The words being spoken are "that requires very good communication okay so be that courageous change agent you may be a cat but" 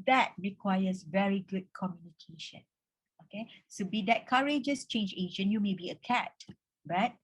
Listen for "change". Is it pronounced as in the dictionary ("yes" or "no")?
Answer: yes